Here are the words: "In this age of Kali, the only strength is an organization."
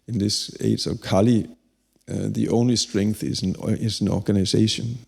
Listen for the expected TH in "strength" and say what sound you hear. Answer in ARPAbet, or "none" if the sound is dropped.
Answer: TH